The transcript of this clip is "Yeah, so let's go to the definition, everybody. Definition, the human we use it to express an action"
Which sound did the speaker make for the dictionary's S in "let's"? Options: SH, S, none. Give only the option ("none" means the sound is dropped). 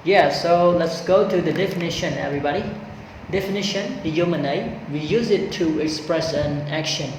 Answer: S